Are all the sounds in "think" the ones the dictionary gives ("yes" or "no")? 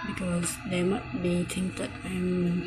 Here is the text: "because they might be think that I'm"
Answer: no